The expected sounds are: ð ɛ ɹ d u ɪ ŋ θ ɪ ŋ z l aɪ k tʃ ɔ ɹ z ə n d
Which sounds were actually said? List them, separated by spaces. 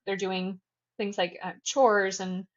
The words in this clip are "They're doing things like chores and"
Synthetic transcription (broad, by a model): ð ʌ ɹ d u ɪ ŋ θ ɪ ŋ z l aɪ k tʃ ɔ ɹ z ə n